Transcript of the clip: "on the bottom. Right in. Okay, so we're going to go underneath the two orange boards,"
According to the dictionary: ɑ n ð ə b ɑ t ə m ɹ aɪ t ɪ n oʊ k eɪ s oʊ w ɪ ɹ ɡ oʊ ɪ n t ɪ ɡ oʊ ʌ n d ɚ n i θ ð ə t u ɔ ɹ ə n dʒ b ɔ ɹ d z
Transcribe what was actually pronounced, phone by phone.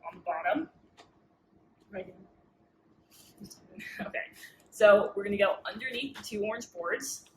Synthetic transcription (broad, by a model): n ð ə b ɑ t ə m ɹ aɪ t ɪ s oʊ k eɪ s oʊ w ɪ ɹ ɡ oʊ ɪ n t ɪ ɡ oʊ ʌ n d ɚ n i θ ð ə t u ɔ ɹ n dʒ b ɔ ɹ d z